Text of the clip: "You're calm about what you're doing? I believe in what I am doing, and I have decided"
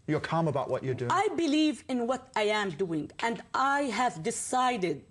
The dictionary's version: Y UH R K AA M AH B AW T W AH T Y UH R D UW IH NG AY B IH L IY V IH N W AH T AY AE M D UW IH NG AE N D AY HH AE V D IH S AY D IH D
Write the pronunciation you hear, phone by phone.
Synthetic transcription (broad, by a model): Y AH R K AA M AH B AW T W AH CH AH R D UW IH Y B IH L IY V IH N W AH T AY AE M D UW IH NG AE N D AY HH AE V D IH S AY D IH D